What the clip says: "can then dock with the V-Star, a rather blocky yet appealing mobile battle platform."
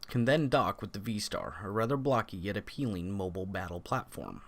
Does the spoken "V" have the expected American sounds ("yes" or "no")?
yes